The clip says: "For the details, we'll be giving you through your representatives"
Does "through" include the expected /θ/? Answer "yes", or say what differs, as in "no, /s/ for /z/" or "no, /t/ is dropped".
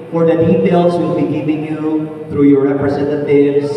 yes